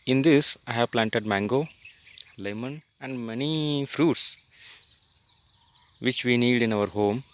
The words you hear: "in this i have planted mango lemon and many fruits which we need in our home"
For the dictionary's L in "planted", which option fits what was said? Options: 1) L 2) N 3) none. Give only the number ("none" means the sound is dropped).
1